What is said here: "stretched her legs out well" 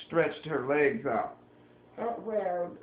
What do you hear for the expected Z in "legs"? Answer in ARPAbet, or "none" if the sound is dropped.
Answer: Z